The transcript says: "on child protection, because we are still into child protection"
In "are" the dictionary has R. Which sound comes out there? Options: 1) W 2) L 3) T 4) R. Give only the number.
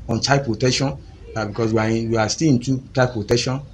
1